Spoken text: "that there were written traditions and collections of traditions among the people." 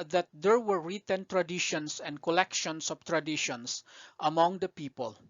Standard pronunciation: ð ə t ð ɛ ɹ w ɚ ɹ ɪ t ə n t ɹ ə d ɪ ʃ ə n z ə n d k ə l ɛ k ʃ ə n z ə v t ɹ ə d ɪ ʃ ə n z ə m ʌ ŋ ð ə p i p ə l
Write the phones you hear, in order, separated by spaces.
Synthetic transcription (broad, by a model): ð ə t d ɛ ɹ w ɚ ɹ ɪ t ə n t ɹ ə d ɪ ʃ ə n s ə n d k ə l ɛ k ʃ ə n s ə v t ɹ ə d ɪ ʃ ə n s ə m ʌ ŋ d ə p i p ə l